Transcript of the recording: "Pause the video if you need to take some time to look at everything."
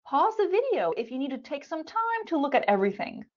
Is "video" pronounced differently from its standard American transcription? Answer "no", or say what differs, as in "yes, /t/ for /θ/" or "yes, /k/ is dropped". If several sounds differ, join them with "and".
no